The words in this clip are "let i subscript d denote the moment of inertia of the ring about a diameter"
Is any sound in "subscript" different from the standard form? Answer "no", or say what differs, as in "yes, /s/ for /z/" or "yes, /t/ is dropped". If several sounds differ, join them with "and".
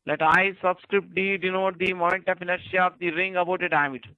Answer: no